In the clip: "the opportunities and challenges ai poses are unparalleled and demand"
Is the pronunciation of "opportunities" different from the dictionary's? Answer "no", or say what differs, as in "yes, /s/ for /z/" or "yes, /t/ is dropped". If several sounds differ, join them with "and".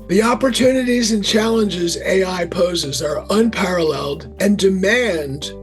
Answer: no